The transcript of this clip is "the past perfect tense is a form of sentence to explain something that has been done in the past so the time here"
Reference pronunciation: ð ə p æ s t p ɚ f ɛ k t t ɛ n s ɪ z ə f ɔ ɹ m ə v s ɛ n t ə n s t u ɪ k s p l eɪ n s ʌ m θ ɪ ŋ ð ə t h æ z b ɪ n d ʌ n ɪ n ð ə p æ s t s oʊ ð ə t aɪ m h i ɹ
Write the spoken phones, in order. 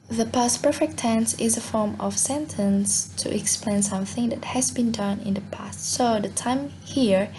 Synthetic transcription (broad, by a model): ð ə p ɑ s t p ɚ f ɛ k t t ɛ n s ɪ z ə f ɔ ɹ m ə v s ɛ n t ə n s t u ɪ k s p l eɪ n s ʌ m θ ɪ ŋ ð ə t h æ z b ɪ n d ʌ n ɪ n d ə p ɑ s t s oʊ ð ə t aɪ m h i ɹ